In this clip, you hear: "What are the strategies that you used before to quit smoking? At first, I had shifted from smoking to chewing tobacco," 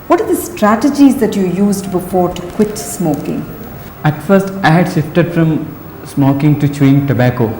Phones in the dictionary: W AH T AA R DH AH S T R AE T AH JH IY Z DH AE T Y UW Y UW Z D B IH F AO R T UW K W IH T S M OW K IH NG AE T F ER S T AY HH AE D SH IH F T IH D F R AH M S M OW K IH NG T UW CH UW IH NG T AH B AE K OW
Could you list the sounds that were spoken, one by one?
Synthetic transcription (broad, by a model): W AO T AA R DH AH S T R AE T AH JH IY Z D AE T Y UW Y UW Z D B IH F AO R T UW K W IH T S M OW K IH NG AE T F ER S T AY HH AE D SH IH F T IH D F R AH M S M OW K IH NG T UW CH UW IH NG T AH B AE K OW